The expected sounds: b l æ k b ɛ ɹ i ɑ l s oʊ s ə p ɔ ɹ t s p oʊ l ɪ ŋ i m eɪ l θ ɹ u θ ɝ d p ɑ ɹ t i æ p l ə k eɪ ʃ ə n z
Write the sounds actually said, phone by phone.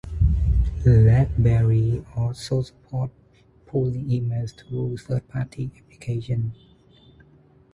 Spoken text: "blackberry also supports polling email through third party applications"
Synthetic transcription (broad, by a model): l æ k b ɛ ɹ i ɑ s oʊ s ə p ɔ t p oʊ l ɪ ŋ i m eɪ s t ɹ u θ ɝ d p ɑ t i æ p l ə k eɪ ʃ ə n